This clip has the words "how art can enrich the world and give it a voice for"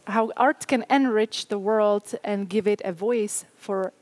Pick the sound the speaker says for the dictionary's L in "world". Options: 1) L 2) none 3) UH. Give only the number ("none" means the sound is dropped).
1